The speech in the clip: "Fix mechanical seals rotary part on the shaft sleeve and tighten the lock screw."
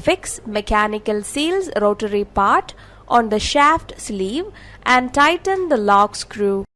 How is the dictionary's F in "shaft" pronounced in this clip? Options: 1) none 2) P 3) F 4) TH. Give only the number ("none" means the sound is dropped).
3